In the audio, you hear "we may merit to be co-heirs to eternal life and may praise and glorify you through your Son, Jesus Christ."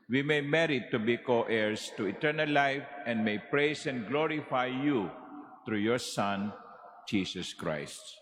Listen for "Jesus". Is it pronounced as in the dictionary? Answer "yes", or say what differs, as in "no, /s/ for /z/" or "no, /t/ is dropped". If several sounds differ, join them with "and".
no, /s/ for /z/